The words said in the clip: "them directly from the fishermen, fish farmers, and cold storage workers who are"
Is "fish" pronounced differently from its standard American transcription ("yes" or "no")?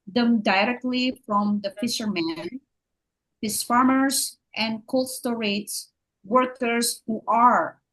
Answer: yes